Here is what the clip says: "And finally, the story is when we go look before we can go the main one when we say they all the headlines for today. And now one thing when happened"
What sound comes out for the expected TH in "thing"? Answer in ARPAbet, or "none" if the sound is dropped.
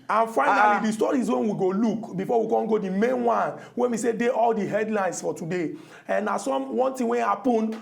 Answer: T